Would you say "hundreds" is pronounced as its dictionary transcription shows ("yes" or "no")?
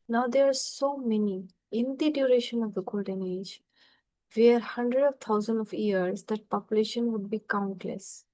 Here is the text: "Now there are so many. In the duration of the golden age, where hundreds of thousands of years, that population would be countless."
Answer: no